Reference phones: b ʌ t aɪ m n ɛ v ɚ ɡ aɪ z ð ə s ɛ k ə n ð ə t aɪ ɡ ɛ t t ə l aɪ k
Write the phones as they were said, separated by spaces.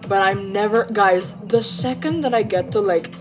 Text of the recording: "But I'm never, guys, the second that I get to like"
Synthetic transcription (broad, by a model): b ʌ t aɪ m n ɛ v ɚ ɡ aɪ z ð ə s ɛ k ə n ð ə t aɪ ɡ ɛ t t ə l aɪ k